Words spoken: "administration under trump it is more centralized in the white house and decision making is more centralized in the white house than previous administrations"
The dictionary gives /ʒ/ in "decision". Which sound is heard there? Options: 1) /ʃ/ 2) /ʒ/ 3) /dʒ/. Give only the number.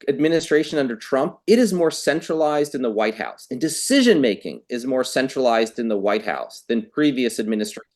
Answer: 2